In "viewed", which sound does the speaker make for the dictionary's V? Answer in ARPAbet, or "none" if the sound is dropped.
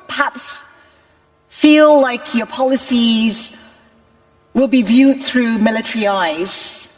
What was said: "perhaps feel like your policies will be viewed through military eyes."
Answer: V